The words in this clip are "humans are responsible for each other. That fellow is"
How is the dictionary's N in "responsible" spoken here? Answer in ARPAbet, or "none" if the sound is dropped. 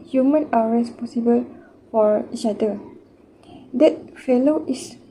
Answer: none